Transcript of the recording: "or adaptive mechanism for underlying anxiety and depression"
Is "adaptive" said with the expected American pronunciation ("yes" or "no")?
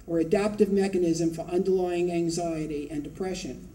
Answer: yes